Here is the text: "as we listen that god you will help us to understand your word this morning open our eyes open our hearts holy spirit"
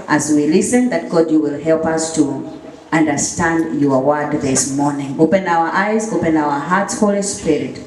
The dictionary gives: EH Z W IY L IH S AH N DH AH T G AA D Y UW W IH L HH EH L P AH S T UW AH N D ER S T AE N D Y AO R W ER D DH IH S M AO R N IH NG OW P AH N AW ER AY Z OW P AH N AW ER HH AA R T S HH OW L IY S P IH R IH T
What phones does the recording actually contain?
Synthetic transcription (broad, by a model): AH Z W IY L IH S AH N DH AH T G AA D Y UW W IH L HH EH L P AH S T UW AH N D ER S T AE N D Y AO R W ER D DH IH S M AO R N IH NG OW P AH N AW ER AY Z OW P AH N AW ER HH AA R T S HH OW L IY S P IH R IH T